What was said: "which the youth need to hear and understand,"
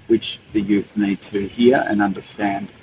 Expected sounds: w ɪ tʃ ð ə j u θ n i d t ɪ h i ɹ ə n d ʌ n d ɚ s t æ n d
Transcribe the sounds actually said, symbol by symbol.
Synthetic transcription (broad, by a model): w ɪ tʃ ð ə j u θ n i d t ɪ h i ɹ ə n ʌ n d ɚ s t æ n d